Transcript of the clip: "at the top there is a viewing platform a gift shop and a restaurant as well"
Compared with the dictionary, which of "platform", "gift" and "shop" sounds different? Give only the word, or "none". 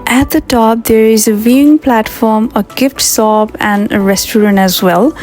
shop